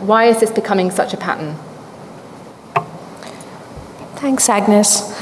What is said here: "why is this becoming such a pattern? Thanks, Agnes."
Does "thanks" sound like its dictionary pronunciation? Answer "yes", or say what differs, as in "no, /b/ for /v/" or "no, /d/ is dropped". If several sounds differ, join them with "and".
yes